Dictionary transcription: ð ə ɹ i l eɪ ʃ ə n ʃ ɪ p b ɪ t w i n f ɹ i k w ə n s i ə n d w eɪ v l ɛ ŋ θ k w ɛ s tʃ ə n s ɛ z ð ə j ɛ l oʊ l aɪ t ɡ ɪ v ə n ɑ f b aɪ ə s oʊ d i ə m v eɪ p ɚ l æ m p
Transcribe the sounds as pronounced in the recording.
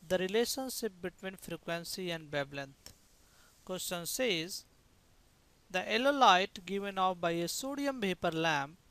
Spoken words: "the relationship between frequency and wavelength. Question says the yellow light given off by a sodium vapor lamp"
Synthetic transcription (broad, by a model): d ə ɹ i l eɪ ʃ ə n ʃ ɪ p b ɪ t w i n f ɹ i k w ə n s i ə n d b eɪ b l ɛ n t k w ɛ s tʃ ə n s ɛ z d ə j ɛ l oʊ l aɪ t ɡ ɪ v ə n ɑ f b aɪ ə s oʊ d i ə m p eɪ p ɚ l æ m